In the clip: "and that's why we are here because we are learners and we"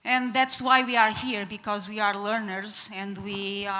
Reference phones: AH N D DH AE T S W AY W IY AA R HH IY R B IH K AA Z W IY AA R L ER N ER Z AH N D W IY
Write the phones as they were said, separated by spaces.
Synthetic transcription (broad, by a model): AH N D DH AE T S W AY W IY AA R HH IY R B IH K AA Z W IY AA R L ER N ER Z AH N D W IY